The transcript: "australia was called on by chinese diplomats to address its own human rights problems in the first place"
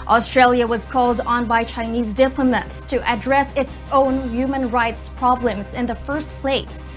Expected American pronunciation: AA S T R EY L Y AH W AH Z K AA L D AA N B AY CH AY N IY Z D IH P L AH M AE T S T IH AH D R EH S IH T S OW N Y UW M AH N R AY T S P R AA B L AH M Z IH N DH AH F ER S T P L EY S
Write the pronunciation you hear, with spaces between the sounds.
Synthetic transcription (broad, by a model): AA S T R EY L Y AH W AH Z K AA L D N B AY CH AY N IY Z D IH P L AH M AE T S T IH AH D R EH S IH T S OW N Y UW M AH N R AY T S P R AA B L AH M Z IH N DH AH F ER S T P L EY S